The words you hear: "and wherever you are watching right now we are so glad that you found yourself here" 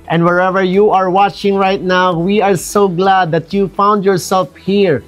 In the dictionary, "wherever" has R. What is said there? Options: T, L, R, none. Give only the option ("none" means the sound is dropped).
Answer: R